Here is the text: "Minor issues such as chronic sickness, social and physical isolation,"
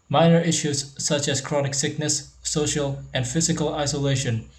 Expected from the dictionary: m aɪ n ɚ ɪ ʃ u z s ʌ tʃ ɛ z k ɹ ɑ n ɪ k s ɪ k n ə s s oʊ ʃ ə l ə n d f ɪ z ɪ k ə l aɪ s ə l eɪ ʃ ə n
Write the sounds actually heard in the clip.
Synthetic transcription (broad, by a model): m aɪ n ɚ ɪ ʃ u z s ʌ tʃ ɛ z k ɹ ɑ n ɪ k s ɪ k n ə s s oʊ ʃ ə l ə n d f ɪ z ɪ k ə l aɪ s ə l eɪ ʃ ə n